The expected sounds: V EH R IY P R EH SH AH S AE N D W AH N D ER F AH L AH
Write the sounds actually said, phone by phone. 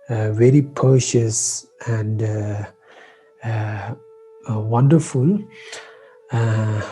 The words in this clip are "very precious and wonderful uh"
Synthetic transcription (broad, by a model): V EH R IY P EH SH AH S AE N D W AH N D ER F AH L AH